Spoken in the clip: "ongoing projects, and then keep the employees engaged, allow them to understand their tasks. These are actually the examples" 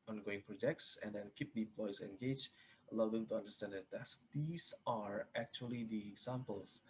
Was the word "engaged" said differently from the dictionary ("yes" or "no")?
yes